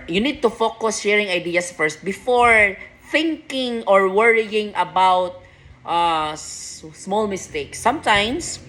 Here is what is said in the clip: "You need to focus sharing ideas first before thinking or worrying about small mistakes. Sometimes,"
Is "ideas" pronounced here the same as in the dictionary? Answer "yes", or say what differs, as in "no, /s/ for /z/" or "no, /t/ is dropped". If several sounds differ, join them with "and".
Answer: no, /s/ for /z/